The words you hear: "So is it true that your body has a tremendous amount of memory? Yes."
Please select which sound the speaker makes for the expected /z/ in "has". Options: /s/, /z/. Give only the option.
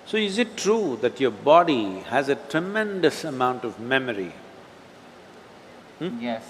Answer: /z/